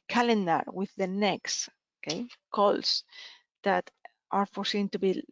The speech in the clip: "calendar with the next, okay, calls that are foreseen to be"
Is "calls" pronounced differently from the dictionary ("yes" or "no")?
yes